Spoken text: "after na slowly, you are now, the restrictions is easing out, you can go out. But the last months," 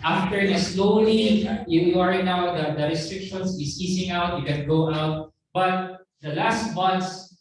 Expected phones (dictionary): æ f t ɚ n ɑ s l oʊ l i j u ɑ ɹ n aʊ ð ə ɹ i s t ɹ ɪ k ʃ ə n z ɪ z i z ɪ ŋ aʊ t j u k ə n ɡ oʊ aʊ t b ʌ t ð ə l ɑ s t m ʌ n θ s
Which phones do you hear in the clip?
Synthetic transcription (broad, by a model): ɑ f t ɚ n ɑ s l oʊ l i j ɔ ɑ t n aʊ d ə ɹ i s t ɹ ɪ k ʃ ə n s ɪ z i s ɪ ŋ aʊ t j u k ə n ɡ oʊ aʊ t b ʌ t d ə l ɑ s t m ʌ n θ s